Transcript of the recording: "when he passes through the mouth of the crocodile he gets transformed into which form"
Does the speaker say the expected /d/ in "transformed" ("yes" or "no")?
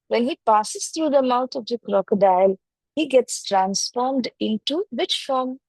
yes